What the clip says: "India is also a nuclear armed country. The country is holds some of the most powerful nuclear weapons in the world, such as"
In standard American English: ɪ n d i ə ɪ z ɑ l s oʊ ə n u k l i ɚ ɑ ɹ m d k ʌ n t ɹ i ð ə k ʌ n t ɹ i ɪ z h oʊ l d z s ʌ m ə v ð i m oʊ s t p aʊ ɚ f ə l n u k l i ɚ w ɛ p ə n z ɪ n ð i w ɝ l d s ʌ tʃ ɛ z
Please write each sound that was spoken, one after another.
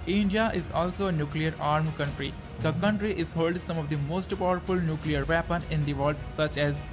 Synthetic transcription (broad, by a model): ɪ n d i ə ɪ z ɑ l s oʊ ə n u k l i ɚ ɑ ɹ m k ʌ n t ɹ i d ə k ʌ n t ɹ i ɪ z h oʊ l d s ʌ m ə v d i m oʊ s t p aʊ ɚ f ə l n u k l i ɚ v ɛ p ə n ɪ n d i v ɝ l d s ʌ tʃ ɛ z